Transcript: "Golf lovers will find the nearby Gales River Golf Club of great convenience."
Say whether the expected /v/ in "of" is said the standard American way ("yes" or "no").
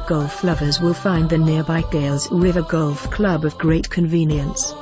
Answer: yes